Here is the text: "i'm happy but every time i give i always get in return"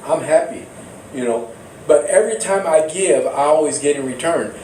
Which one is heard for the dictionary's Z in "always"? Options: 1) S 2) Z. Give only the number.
2